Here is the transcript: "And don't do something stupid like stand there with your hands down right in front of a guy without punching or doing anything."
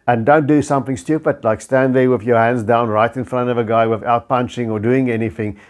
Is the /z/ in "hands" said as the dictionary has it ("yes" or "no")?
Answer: yes